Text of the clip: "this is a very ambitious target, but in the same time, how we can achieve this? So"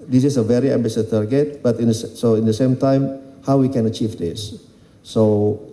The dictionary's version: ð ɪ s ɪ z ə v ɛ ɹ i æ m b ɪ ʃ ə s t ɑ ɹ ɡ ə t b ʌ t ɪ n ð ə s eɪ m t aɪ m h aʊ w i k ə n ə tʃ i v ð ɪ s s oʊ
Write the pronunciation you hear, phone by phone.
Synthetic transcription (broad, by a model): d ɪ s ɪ s ə v ɛ ɹ i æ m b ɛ s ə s t ɑ ɹ ɡ ə t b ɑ t ɪ n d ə s eɪ m t aɪ m h aʊ w i k ə n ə tʃ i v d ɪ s s oʊ